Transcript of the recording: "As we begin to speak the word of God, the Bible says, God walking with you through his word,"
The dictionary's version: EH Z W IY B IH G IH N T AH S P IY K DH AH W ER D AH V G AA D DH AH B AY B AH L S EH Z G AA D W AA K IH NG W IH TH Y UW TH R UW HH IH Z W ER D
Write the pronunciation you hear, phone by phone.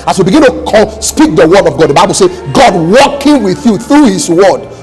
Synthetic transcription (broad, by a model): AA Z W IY B IH G IH N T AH S P IY K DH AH W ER D AH V G AA D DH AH B AY B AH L S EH G AA D W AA K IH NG W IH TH Y UW TH R UW HH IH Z W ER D